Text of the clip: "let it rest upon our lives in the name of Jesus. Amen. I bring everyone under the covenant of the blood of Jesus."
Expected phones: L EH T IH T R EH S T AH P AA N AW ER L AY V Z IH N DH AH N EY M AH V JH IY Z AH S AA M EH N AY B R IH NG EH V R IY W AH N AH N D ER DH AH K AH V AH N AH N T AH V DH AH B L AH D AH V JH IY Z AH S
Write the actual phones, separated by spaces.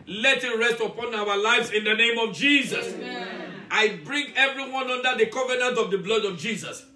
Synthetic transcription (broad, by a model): L EH T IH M R EH S T AH P AA N AW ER L AY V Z IH N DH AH N EY M AH V JH IY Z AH S AA IH B R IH NG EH V R IY W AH N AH N D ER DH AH K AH V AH N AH N T AH V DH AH B L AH D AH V JH IY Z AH S